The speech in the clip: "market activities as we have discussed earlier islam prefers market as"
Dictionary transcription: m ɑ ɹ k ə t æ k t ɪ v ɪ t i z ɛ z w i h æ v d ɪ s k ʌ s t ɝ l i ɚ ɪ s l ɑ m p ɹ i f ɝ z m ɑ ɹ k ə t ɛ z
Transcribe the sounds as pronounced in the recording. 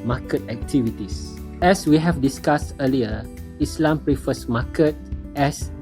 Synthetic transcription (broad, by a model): m ɑ k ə t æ k t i v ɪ t i s ɛ s w i h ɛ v d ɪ s k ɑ s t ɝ l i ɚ ɪ s l ɑ m p ɹ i f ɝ s m ɑ k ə t ɛ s